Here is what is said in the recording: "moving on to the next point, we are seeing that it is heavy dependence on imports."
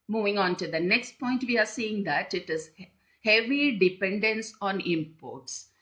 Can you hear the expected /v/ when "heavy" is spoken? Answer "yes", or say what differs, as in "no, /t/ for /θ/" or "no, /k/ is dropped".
yes